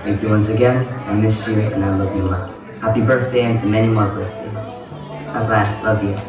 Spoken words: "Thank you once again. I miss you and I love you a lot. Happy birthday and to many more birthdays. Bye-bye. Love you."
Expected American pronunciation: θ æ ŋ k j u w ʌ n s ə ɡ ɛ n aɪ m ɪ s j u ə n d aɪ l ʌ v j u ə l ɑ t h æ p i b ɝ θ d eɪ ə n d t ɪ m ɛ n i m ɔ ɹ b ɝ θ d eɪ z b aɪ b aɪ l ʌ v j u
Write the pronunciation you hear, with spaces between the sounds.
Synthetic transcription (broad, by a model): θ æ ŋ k j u w ʌ n s ə ɡ ɛ n aɪ m ɪ s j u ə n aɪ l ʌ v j ə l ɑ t h æ p i b ɝ θ d eɪ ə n t ɪ m ɛ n i m ɔ ɹ b ɝ θ d eɪ z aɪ b aɪ l ʌ v j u